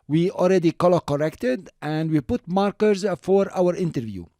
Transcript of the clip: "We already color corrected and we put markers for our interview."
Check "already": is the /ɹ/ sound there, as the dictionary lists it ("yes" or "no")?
no